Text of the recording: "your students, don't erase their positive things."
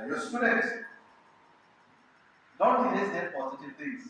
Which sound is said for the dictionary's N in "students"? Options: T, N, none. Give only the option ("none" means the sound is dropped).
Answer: none